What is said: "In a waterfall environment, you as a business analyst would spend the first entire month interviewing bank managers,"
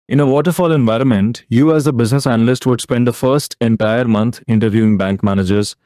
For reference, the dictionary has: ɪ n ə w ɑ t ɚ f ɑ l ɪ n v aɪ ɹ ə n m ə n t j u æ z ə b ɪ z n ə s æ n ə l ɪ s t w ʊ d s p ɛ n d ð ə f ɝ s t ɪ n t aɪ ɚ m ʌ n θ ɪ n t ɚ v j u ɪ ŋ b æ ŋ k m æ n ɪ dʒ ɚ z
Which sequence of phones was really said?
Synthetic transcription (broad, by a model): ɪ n ə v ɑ t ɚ f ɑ l ɪ n v aɪ ɹ ə n m ə n t j u æ z ə b ɪ z n ə s æ n ə l ɪ s t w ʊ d s p ɛ n d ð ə f ɝ s t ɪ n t aɪ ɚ m ʌ n t ɪ n t ɚ v j u ɪ ŋ b æ ŋ k m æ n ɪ dʒ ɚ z